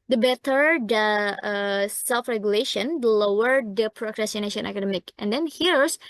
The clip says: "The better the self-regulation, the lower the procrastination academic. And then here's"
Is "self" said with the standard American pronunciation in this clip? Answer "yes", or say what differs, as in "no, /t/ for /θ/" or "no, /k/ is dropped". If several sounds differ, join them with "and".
yes